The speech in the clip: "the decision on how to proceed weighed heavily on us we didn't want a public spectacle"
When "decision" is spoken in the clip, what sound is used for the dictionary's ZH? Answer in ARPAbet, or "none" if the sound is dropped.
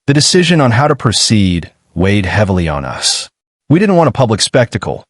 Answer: ZH